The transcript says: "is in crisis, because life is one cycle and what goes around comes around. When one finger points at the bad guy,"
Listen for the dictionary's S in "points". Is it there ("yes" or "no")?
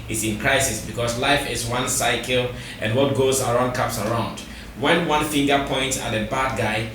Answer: yes